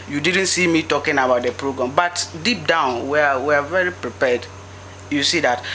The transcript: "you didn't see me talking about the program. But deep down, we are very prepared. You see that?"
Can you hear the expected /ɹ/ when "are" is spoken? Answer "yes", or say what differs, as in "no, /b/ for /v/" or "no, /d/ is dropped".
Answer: no, /w/ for /ɹ/